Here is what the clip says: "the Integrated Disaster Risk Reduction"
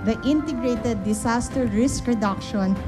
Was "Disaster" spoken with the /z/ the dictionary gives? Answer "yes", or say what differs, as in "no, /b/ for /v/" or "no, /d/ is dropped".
no, /s/ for /z/